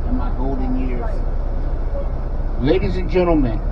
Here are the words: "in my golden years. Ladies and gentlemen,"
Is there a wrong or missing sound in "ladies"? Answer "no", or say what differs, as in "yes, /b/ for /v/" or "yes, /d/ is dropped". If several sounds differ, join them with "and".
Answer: no